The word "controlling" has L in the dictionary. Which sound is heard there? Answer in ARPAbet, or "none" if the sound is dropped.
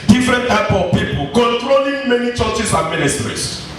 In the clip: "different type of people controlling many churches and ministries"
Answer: L